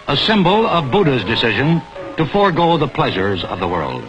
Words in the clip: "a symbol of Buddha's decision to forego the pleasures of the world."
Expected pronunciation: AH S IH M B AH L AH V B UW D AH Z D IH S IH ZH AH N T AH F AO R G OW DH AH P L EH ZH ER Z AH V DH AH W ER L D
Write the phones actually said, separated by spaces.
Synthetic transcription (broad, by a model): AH S IH M B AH L AH V B UW D AH Z D IH S IH ZH AH N T AH F AO R G OW DH AH P L EH ZH ER Z AH V DH AH W ER L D